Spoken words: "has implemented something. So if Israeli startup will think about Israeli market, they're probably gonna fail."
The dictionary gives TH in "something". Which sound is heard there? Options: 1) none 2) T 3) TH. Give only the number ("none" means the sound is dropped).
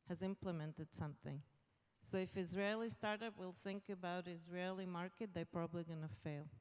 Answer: 3